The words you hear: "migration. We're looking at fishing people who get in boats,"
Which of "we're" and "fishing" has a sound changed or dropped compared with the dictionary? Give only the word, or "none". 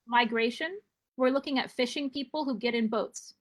none